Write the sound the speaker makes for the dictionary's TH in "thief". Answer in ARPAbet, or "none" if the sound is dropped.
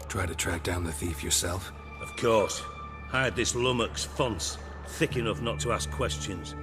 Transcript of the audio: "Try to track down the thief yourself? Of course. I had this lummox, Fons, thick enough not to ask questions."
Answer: TH